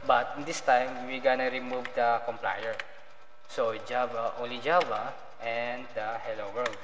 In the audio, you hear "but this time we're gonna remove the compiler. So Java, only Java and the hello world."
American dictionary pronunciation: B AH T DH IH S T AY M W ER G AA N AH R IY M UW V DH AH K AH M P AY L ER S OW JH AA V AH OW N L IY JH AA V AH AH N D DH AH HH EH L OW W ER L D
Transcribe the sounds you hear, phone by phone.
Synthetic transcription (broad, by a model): B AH T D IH S T AY M W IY G AA N AH R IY M UW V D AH K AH M P AY ER S OW JH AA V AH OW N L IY JH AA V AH AH N D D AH HH EH L OW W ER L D